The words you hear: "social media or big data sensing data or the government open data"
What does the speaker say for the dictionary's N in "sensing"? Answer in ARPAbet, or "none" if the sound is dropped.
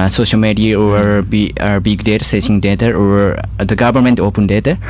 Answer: none